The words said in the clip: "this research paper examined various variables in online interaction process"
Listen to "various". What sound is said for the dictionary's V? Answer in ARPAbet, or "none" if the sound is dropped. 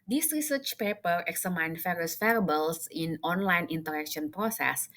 F